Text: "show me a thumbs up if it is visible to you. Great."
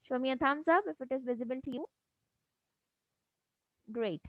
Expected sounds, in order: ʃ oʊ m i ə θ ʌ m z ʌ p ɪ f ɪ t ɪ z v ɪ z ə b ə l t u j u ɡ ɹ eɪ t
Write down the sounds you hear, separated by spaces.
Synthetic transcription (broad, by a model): ʃ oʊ m i ə t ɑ m s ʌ b ɪ f ɪ t ɪ z v ɪ z ə b ə l t u j u ɡ ɹ eɪ t